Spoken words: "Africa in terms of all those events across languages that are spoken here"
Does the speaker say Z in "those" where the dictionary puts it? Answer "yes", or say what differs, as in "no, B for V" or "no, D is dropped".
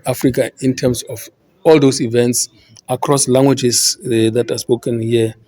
no, S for Z